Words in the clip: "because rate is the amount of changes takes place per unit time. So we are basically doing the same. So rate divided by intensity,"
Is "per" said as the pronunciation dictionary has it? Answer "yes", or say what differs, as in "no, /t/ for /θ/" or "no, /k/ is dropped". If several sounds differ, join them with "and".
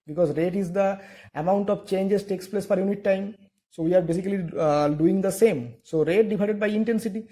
no, /f/ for /p/